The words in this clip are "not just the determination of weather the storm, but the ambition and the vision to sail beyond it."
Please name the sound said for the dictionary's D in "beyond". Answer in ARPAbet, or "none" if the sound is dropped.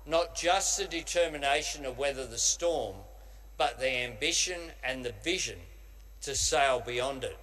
D